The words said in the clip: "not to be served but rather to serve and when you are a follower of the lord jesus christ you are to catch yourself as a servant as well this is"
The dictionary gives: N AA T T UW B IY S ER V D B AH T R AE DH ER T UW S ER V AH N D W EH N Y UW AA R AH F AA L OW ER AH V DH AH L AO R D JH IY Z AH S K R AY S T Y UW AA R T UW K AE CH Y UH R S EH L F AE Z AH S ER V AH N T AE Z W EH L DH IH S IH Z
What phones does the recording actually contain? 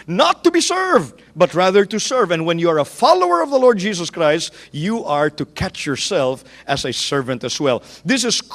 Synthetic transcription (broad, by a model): N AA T T UW B IY S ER V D B AH T R AE DH ER T UW S ER V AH N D W EH N Y UW AA R AH F AA L OW ER AH V DH AH L AO R D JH IY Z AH S K R AY S T Y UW AA R T UW K AE CH Y UH R S EH L F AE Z AH S ER V AH N T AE S W EH L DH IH S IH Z